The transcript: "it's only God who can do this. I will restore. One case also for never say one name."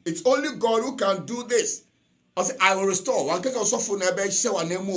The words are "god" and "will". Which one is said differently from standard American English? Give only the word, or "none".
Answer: will